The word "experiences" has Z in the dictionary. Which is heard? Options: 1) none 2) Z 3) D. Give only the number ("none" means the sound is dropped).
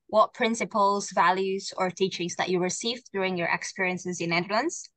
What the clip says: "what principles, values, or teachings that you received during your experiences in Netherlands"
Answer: 2